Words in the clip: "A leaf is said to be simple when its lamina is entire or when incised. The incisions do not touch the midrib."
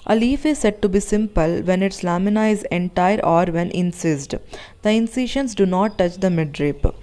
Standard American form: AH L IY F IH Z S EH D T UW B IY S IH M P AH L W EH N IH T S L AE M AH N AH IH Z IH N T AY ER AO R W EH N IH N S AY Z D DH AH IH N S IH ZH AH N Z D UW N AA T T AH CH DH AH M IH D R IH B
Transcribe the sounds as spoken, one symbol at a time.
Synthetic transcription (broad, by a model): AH L IY F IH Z S EH D T UW B IY S IH M P AH L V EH N IH T S L AE M AH N AH IH Z IH N T AY ER AO R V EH N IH N S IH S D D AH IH N S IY SH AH N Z D UW N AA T T AH CH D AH M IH D R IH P